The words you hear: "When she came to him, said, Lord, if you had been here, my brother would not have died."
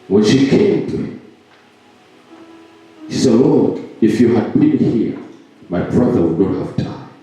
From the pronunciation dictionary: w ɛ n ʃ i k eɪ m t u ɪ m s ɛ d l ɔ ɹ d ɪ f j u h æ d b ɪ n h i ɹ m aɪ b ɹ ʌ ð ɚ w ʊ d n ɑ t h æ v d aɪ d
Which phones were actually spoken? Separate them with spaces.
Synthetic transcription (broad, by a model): w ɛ n ʃ i k eɪ m t u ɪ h s ɛ d l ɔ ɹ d ɪ f j u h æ d b ɪ n h i ɹ m aɪ b ɹ ʌ ð ɚ w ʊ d n ɑ t h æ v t aɪ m